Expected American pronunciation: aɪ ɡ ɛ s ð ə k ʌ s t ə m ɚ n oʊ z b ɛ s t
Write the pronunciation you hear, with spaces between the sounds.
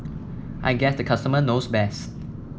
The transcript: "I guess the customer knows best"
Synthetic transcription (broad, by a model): aɪ ɡ ɛ s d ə k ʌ s t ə m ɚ n oʊ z b ɛ s t